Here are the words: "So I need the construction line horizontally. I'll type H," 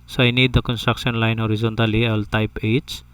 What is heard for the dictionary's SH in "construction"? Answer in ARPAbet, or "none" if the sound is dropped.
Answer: S